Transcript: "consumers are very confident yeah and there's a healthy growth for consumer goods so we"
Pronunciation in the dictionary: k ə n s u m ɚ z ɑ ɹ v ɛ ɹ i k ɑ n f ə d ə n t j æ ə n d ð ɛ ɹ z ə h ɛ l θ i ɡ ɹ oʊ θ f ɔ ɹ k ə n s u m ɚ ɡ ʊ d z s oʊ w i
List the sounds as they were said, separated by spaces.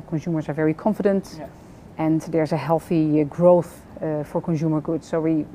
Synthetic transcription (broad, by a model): k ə n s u m ɚ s ɑ ɹ v ɛ ɹ i k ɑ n f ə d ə n t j ə n d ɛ ɹ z ə h ɛ l θ i ɡ ɹ oʊ θ f ɔ ɹ k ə n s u m ɚ ɡ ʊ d s oʊ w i